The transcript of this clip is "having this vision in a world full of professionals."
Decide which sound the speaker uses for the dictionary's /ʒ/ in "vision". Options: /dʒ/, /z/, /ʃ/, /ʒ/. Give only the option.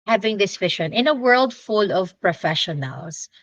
/ʃ/